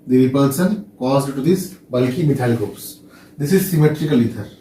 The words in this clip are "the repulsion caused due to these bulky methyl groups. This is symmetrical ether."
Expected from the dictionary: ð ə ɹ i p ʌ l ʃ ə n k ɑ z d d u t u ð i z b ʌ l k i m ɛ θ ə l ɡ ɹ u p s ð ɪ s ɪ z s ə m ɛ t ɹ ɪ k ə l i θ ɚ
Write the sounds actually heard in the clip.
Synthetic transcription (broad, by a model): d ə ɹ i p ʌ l s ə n k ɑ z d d t u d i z b ʌ l k i m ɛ t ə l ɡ ɹ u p s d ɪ s ɪ z s ə m ɛ t ɹ ɪ k ə l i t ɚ